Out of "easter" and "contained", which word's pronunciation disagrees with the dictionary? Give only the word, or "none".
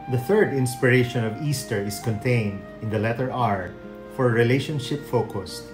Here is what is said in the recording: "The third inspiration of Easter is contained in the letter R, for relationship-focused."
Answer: none